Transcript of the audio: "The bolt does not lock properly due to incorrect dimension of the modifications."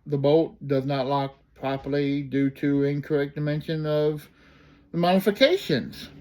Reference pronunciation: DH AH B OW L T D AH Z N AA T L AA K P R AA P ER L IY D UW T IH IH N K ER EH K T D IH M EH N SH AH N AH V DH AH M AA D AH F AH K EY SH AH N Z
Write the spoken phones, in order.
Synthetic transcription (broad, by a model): DH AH B OW T D AH Z N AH T L AA K P R AA P ER L IY D UW T IH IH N K ER EH K D IH M EH N SH AH N AH V DH AH M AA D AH F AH K EY SH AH N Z